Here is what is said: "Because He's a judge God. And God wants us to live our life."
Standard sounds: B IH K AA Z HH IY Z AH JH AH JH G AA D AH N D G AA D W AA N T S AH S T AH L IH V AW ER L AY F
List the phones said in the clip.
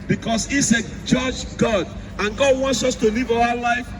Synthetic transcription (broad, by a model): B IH K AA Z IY S AH JH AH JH G AA D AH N G AA D W AA N T S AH S T AH L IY V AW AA L AY F